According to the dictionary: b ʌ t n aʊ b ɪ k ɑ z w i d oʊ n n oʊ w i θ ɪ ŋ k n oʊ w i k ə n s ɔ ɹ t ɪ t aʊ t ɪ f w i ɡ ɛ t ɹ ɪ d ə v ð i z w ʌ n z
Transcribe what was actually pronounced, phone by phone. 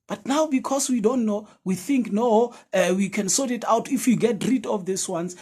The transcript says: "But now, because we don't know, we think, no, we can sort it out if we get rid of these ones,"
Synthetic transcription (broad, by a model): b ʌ t n aʊ b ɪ k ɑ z w i d oʊ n n oʊ w i θ ɪ ŋ k n oʊ w i k ə n s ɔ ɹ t ɪ t aʊ t ɪ f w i ɡ ɛ t ɹ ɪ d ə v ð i s w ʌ n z